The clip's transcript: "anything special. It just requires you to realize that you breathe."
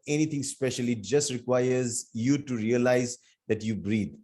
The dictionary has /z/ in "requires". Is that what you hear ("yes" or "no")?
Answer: yes